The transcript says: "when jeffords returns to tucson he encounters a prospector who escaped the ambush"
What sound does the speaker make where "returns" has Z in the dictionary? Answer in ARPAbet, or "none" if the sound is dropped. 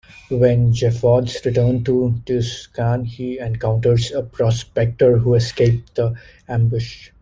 none